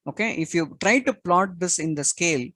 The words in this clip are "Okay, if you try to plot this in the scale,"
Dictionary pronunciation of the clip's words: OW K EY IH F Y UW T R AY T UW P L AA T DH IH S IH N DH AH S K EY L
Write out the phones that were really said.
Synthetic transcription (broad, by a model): OW K EY IH F Y UW T R AY T UW P L AA T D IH S IH N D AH S K EY L